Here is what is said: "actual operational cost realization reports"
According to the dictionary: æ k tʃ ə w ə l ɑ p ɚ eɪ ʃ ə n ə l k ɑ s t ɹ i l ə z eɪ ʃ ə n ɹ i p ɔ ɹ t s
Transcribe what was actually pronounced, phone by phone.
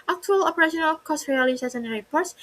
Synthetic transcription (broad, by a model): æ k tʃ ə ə l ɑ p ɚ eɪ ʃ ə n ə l k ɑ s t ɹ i l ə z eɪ s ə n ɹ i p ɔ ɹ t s